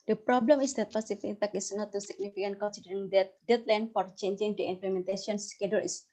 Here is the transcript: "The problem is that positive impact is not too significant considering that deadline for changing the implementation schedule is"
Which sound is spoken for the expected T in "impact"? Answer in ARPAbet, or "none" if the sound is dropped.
none